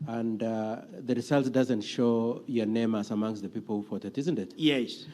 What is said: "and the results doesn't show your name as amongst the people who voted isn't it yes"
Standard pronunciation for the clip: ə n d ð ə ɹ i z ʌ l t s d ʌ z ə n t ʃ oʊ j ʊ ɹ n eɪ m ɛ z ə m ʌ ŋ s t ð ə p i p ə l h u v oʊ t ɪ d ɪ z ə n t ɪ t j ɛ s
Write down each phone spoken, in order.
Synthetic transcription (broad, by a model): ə n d ð ə ɹ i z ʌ l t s d ʌ z ə n t ʃ oʊ j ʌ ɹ n eɪ m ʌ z ə m ʌ ŋ s t ð ə p i p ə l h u f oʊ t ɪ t ɪ z ə n t ɪ t j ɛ s